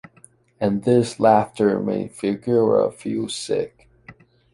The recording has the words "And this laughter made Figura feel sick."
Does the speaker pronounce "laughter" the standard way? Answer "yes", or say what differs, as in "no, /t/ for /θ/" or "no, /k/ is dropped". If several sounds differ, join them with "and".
yes